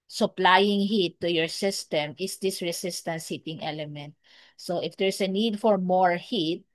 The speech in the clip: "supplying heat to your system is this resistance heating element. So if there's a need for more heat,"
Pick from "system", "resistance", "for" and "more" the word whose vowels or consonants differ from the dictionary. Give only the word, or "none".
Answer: resistance